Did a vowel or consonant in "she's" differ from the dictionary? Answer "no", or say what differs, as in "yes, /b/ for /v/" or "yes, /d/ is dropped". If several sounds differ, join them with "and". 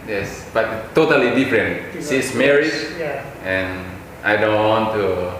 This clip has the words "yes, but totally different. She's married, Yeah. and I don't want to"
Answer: yes, /s/ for /ʃ/ and /s/ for /z/